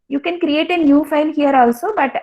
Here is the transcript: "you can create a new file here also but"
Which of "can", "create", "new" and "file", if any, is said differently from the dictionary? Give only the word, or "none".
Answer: file